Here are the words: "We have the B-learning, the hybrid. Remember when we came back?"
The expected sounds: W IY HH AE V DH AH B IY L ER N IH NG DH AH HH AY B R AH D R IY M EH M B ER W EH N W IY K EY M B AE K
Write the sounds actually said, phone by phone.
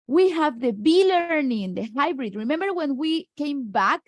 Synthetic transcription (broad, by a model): W IY HH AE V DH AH B IY L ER N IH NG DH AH HH AY B R AH D R IY M EH M B ER W EH N W IY K EY M B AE K